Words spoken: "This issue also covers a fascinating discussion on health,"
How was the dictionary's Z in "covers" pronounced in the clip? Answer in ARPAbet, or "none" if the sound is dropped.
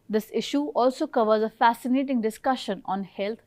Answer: Z